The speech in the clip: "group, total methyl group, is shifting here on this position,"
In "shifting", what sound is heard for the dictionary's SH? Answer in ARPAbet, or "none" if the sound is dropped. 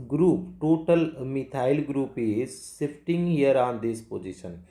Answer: S